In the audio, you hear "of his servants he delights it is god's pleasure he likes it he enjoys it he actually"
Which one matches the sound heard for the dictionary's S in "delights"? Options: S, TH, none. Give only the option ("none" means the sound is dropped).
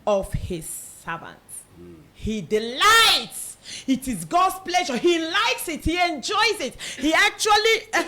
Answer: S